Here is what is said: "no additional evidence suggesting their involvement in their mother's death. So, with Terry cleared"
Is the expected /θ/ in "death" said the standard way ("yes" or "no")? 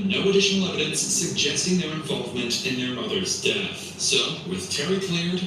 yes